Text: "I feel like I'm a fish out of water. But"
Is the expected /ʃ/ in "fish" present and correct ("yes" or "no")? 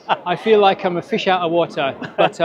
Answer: yes